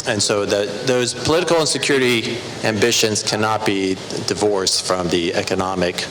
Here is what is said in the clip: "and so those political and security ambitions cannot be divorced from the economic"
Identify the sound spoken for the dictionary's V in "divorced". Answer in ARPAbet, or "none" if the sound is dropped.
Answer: V